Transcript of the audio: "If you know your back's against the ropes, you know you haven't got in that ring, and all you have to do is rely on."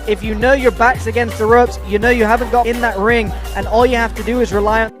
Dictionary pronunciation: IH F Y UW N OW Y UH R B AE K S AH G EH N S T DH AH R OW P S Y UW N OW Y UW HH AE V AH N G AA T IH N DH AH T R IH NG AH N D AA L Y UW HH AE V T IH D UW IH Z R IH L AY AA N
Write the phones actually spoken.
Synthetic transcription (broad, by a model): IH F Y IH N OW Y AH R B AE K S AH G EH N S T DH AH R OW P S Y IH N OW Y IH HH AE V AH N G AA T IH N DH AH T R IH NG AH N AA L Y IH HH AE F T IH D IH IH Z R IH L AY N